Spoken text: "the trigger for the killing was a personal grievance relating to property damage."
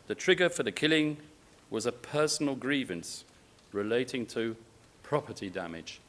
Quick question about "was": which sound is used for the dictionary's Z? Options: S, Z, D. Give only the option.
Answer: Z